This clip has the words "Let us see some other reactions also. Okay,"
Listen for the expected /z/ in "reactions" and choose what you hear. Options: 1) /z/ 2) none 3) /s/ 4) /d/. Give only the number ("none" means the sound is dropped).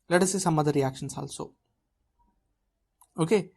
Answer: 3